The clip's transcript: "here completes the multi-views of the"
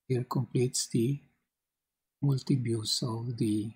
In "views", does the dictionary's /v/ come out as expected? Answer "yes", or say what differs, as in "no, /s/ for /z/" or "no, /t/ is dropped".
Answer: no, /b/ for /v/